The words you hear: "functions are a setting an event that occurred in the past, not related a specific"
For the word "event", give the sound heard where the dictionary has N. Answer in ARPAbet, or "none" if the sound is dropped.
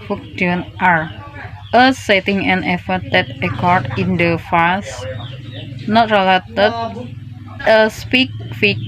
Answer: none